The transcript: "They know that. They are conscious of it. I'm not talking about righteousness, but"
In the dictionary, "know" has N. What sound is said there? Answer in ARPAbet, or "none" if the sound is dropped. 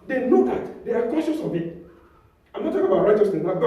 L